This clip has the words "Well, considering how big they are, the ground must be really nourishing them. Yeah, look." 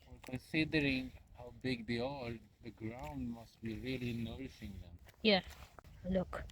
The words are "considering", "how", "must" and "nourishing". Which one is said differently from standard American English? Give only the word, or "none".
nourishing